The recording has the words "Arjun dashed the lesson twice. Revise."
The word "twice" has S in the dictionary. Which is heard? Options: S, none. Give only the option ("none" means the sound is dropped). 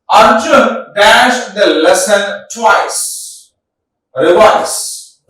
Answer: S